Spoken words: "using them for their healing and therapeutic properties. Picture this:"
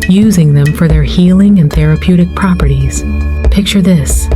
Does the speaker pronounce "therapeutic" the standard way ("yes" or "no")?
yes